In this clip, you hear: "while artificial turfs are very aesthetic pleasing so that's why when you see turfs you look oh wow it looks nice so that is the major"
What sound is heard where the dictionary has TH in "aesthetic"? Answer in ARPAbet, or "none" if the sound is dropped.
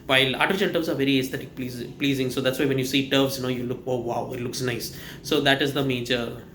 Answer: T